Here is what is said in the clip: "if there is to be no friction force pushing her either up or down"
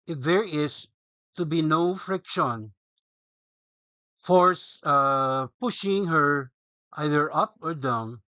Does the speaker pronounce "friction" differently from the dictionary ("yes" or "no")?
no